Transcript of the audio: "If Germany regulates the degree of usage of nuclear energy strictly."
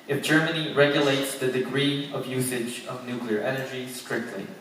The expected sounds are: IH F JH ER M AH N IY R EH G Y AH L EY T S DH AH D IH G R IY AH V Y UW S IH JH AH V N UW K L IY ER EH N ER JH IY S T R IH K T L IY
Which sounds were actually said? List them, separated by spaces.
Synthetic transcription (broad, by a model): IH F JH ER M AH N IY R EH G Y AH L EY T S DH AH D IH G R IY AH V Y UW S IH JH AH V N UW K L IY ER EH N ER JH IY S T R IH K T L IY